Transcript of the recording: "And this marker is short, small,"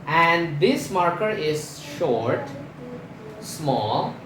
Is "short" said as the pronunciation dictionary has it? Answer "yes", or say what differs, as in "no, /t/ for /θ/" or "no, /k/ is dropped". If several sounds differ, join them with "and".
yes